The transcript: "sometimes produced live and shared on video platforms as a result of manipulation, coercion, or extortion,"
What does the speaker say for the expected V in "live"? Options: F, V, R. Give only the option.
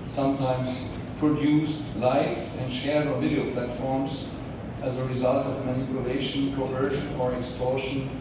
F